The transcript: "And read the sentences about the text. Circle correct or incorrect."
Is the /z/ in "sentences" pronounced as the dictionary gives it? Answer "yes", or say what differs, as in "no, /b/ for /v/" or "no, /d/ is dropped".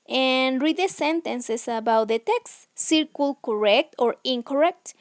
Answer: no, /s/ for /z/